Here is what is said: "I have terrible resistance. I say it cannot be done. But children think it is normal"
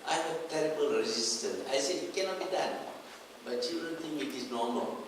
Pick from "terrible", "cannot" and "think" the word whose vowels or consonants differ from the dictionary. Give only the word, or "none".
think